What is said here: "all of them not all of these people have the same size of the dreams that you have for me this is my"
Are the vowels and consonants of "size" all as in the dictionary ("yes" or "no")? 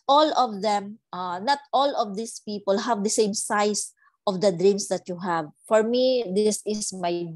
no